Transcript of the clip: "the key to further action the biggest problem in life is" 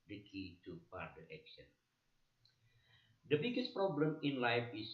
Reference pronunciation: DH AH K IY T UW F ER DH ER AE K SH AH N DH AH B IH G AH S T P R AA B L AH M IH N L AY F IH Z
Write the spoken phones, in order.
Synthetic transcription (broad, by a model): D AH K IY T UW P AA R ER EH K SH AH N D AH B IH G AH S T P R AA B L AH M IH N L AY F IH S